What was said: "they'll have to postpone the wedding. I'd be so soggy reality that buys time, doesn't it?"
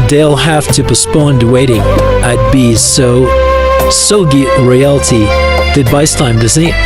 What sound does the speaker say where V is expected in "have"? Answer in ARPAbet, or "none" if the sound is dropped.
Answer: F